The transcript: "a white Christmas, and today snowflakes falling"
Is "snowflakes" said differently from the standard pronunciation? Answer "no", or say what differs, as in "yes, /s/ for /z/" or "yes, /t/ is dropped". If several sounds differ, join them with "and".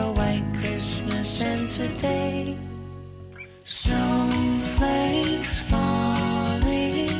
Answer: yes, /n/ is dropped and /k/ is dropped